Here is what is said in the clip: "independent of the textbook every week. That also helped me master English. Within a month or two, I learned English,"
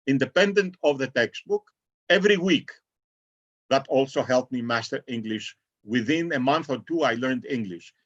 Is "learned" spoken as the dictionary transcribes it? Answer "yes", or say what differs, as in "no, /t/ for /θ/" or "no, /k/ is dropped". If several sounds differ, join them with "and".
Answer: yes